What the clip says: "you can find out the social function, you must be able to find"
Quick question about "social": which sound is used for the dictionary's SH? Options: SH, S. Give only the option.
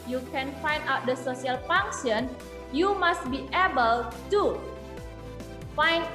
S